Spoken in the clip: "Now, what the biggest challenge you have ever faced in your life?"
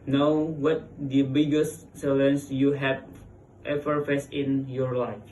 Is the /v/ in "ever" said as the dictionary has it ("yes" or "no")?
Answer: no